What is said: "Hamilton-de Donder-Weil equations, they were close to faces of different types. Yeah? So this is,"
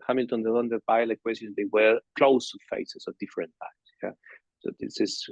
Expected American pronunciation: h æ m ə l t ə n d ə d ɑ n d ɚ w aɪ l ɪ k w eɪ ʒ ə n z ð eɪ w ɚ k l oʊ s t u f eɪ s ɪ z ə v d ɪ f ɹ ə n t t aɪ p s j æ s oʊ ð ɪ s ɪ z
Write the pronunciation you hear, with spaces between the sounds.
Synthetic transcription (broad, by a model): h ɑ m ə l t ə n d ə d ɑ n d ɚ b aɪ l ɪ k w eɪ s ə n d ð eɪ w ɚ k l oʊ s t u f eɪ s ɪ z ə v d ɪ f ɹ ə n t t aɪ s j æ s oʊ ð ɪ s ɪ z